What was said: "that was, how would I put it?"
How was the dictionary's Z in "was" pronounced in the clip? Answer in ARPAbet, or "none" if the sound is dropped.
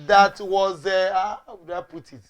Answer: Z